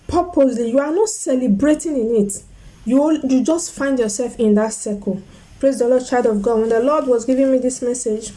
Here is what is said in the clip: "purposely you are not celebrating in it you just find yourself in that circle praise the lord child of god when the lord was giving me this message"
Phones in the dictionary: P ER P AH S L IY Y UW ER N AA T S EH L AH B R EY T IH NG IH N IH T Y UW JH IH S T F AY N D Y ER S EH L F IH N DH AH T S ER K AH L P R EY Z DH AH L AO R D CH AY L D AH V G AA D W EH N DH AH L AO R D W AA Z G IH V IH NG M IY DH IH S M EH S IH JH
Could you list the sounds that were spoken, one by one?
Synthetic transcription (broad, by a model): P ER P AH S L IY Y UW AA N AA T S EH L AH B R EY T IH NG IH N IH T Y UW JH IH S T F AY N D Y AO S EH L F IH N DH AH T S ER K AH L P R EY Z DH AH L AO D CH AY D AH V G AA D W EH N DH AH L AO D W AA Z G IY V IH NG M IY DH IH S M EH S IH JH